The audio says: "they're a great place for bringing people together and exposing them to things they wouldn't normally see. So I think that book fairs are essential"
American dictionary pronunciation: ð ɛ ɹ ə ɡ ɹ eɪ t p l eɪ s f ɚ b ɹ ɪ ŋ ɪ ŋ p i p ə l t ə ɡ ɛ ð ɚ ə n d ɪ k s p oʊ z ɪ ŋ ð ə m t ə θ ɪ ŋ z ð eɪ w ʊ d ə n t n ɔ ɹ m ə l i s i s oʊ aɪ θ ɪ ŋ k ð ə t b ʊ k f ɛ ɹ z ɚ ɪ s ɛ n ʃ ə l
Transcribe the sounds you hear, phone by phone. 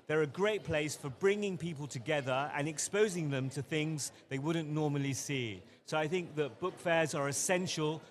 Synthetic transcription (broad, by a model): ð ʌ ɹ ə ɡ ɹ eɪ t p l eɪ s f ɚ b ɹ ɪ ŋ ɪ ŋ p i p ə l t ə ɡ ɛ ð ɚ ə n ɪ k s p oʊ z ɪ ŋ ð ə m t ə θ ɪ ŋ z ð eɪ w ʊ d n n ɔ ɹ m ə l i s i s oʊ aɪ θ ɪ ŋ k ð ə t b ʊ k f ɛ z ɚ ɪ s ɛ n ʃ ə l